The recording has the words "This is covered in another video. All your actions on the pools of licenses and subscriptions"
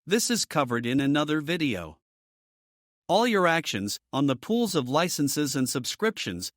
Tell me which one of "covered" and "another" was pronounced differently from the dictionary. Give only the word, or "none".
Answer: none